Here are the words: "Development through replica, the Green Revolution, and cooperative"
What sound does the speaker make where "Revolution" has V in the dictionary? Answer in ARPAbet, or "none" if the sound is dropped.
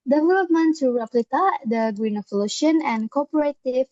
F